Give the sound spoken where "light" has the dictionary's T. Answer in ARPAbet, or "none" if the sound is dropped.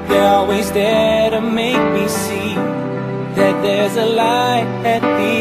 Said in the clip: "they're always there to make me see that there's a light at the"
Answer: none